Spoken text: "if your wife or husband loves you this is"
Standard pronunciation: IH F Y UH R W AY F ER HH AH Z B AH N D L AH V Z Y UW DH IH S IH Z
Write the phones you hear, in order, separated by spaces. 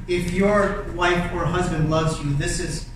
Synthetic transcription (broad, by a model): IH F Y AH R W AY F ER HH AH Z B AH N D L AH V Z Y UW DH IH S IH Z